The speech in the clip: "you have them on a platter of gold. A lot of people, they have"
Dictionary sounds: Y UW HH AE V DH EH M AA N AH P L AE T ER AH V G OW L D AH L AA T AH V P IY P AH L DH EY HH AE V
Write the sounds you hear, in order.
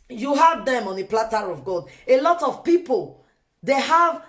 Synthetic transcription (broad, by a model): Y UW HH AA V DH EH M AA N AH P L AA T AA AH V G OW D AH L AA T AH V P IY P AH L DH EY HH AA V